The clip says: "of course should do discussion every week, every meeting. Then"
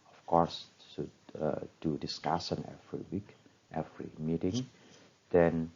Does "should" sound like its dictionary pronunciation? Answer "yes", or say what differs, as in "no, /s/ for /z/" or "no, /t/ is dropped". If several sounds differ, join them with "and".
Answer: no, /s/ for /ʃ/